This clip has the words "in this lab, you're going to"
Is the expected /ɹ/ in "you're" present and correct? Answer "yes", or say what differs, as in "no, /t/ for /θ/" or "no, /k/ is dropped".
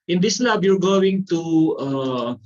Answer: yes